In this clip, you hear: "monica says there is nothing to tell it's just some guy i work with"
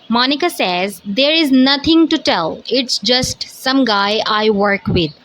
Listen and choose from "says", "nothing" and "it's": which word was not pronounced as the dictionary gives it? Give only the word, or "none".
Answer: nothing